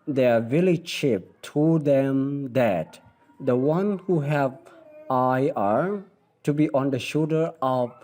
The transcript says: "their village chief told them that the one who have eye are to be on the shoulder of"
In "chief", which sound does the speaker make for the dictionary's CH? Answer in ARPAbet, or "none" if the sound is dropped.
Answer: SH